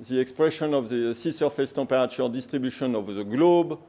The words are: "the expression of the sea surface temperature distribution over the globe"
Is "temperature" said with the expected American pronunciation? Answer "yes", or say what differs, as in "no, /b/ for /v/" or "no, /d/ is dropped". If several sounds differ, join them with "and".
no, /m/ is dropped